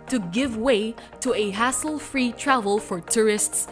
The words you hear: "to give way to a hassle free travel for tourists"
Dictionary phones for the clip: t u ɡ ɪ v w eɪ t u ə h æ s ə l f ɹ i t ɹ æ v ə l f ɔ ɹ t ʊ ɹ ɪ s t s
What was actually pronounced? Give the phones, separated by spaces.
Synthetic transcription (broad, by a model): t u ɡ ɪ v w eɪ t u ə h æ s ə l f ɹ i t ɹ æ v ə l f ɔ ɹ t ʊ ɹ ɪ s t s